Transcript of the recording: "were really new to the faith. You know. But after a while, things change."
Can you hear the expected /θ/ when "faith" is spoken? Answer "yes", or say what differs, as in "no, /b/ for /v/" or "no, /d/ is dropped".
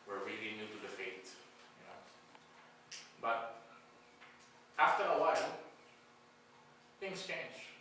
no, /t/ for /θ/